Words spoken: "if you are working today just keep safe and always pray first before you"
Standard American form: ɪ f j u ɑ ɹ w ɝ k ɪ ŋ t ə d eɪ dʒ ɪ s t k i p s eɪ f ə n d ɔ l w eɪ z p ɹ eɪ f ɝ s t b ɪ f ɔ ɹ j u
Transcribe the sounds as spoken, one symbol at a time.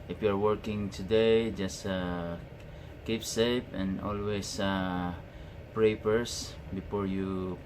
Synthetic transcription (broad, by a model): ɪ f j u ɑ ɹ w ɝ k ɪ ŋ t ə d eɪ dʒ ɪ s t k i p s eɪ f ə n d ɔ l w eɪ s p ɹ eɪ p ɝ s b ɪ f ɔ ɹ j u